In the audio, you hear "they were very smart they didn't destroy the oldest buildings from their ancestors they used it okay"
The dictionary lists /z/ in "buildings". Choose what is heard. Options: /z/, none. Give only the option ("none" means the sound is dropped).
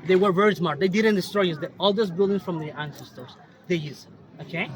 none